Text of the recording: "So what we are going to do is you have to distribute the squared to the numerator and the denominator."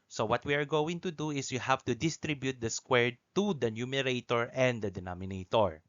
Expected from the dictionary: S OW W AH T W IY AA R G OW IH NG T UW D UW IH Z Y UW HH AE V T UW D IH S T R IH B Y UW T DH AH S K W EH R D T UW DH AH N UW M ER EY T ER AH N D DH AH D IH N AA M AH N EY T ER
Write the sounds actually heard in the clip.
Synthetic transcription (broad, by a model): S OW W AH T W IY AA R G OW IH NG T UW D UW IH S Y UW HH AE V T UW D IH S T R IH B Y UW T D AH S K W EH R D T UW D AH N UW M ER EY T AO AH N D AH D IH N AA M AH N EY T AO